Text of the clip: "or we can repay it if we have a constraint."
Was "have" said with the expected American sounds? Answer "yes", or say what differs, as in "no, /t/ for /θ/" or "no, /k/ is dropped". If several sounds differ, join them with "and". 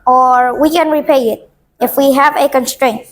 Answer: yes